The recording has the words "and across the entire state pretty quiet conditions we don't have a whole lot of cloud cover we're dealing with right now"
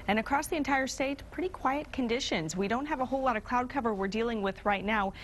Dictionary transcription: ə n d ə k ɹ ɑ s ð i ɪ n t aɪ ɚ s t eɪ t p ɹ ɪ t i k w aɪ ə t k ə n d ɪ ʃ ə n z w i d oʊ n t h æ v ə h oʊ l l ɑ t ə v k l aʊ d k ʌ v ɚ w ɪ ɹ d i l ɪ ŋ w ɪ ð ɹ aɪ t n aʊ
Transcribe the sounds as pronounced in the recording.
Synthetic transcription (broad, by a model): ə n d ə k ɹ ɑ s ð i ɪ n t aɪ ɚ s t eɪ t p ɹ ɪ t i k w aɪ ə t k ə n d ɪ ʃ ə n z w i d oʊ n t h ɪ v ə h oʊ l l ɑ t ə v k l aʊ d k ʌ v ɚ w ɪ ɹ d i l ɪ ŋ w ɪ ð ɹ aɪ t n aʊ